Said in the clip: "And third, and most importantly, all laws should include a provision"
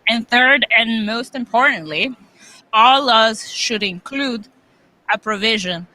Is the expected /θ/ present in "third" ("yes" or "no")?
yes